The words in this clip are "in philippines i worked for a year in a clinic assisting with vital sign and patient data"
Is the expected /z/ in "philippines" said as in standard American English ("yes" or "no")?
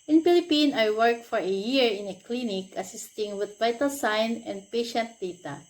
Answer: no